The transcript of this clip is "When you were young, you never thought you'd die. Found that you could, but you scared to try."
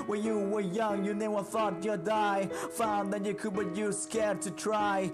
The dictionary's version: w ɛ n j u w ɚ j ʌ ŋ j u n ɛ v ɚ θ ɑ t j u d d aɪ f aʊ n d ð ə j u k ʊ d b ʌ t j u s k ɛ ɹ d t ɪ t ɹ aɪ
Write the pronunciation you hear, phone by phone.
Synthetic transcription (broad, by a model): w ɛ n j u w ɚ j ʌ ŋ j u n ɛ w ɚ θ ɑ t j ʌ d d aɪ f aʊ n ð ə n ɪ k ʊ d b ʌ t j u s k ɛ ɹ d t ɪ t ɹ aɪ